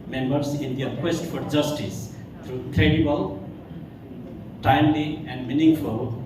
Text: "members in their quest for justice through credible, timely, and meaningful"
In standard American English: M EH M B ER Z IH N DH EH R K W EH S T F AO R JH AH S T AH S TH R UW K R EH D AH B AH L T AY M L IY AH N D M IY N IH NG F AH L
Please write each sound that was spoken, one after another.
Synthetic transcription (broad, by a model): M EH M B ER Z IH N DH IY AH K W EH S T F AO R JH AH S T AH S T R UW K R EH D AH B AH L T AY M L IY AH N D M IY N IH NG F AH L